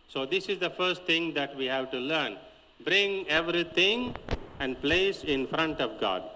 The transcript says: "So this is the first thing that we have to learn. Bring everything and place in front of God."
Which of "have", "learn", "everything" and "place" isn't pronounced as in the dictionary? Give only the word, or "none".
everything